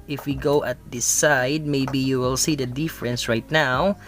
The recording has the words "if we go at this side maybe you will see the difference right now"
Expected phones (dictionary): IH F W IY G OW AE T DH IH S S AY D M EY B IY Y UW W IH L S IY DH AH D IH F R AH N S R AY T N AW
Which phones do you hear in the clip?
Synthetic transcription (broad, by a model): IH F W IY G OW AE T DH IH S S AY D M EY B IY Y UW W IH L S IY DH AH D IH F R AH N S R AY T N AW